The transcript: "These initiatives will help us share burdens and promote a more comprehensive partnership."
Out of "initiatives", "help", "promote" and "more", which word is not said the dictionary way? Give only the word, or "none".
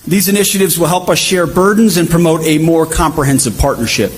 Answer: none